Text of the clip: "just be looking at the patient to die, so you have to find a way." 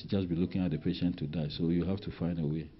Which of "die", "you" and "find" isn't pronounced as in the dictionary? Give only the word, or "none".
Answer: none